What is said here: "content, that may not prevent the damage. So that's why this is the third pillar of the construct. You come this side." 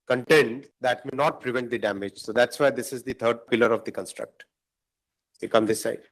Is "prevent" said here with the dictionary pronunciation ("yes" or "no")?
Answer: yes